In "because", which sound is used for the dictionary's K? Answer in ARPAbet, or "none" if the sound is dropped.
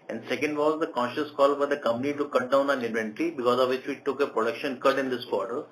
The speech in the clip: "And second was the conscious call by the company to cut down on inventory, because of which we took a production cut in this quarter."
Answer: K